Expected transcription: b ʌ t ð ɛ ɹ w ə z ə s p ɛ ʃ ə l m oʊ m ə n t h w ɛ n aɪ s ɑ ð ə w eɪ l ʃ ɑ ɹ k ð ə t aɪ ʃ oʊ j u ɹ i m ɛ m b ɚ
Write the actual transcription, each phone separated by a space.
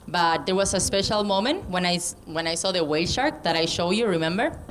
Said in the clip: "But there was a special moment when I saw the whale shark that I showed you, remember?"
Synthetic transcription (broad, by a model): b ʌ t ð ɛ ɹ w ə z ə s p ɛ ʃ ə l m oʊ m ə n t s w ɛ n aɪ s ɑ ð ə w eɪ l ʃ ɑ ɹ k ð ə t aɪ ʃ oʊ j u ɹ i m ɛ m b ɚ